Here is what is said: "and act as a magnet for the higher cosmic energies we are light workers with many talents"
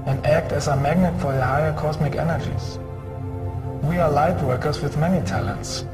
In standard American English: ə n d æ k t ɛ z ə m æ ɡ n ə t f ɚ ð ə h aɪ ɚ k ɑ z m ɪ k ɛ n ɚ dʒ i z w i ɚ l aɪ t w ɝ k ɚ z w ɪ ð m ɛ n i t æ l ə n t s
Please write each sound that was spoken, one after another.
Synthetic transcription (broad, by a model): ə n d æ k t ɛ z ə m æ ɡ n ə t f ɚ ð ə h aɪ ɚ k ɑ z m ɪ k ɛ n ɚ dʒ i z w i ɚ l aɪ t w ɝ k ɚ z w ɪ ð m ɛ n i t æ l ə n t s